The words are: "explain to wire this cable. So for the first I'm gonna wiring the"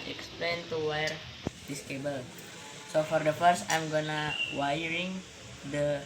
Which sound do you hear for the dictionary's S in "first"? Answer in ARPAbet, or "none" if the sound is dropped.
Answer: S